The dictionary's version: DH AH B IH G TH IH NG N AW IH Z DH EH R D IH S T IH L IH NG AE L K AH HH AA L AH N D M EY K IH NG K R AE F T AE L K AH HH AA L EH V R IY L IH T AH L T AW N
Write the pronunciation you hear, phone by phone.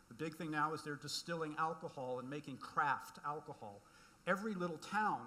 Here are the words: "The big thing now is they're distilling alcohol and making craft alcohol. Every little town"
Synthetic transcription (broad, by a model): DH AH B IH G TH IH NG N AW IH Z DH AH R D IH S T IH L IH NG AE L K AH HH AA L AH N M EY K IH NG K R AE F T AE L K AH HH AA L EH V R IY L IH T L T AW N